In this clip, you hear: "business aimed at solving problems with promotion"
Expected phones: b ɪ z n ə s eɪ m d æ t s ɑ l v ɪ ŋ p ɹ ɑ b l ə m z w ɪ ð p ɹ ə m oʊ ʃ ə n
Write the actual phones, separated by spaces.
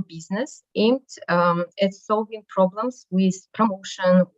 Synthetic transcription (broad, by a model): b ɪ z n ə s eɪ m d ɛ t s ɑ l v ɪ ŋ p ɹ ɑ b l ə m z w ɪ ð p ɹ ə m oʊ ʃ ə n